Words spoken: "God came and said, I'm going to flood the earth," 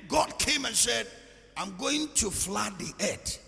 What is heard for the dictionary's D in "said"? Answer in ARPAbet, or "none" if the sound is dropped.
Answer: D